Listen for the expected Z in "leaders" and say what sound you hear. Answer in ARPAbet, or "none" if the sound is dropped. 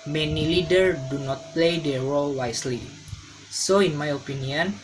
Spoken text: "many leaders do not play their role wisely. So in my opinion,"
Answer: none